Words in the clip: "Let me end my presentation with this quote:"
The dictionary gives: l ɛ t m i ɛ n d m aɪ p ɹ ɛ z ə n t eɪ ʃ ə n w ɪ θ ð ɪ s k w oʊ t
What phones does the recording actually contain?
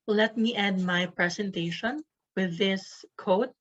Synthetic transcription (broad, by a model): l ɛ t m i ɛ d m aɪ p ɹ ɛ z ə n t eɪ ʃ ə n w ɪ ð ɪ s k oʊ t